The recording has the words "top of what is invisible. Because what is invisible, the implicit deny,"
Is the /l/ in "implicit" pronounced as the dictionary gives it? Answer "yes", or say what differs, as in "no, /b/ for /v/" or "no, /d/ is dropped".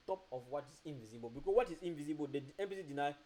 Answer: no, /l/ is dropped